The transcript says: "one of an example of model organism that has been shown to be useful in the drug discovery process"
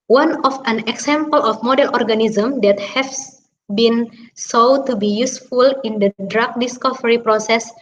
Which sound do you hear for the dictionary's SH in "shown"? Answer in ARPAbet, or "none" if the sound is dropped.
S